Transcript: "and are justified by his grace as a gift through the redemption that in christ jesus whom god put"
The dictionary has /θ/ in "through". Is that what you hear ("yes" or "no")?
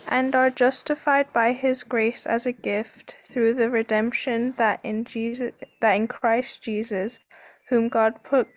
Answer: yes